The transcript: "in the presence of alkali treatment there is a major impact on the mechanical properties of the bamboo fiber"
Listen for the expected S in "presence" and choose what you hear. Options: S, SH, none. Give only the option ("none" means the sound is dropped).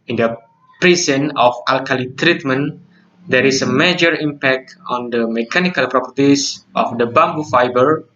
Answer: none